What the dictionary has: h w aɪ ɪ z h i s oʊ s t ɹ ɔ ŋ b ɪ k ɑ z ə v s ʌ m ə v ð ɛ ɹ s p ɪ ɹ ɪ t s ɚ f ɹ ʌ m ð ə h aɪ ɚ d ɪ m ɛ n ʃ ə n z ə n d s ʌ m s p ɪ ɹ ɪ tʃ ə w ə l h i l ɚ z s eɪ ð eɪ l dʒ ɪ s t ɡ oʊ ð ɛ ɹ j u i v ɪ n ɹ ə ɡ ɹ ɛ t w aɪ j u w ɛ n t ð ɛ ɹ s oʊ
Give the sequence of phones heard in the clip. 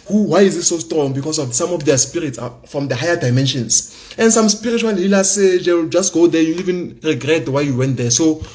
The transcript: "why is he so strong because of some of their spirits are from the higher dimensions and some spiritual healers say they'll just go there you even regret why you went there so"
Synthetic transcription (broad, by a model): h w aɪ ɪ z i s oʊ s t ɹ ɔ ŋ b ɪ k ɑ s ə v s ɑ m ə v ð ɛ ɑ s p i ɹ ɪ t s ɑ f ɹ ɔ m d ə h aɪ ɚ d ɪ m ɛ n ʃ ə n s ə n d s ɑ m s p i ɹ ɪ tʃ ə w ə l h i l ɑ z s eɪ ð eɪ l dʒ ɪ s t ɡ oʊ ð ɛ j u i v ɪ n ɹ ə ɡ ɹ ɛ t w aɪ j u w ɛ n t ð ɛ s oʊ